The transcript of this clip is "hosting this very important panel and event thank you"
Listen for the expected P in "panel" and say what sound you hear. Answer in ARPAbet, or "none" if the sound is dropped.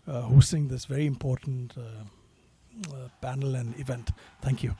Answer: B